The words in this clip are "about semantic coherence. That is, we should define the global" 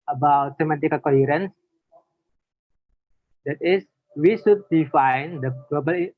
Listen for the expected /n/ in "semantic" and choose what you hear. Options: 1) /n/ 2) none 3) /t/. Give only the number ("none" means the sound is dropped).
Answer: 2